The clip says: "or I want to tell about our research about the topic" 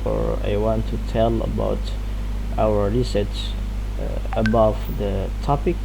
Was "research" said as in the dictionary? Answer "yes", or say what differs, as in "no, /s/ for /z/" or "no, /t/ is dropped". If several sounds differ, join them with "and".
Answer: no, /s/ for /tʃ/